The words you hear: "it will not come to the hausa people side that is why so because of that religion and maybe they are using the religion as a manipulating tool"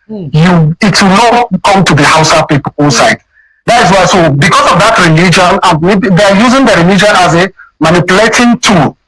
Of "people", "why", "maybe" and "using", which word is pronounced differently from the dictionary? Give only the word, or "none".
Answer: people